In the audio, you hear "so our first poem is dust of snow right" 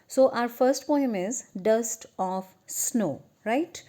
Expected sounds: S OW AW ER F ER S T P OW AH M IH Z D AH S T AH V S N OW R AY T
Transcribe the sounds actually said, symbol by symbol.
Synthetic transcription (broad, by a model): S OW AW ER F ER S T P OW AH M IH Z D AH S T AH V S N OW R AY T